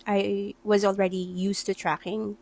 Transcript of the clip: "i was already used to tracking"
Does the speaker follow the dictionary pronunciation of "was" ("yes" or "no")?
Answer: yes